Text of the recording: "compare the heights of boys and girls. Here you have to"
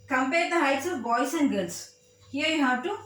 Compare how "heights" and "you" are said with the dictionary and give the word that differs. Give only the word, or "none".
none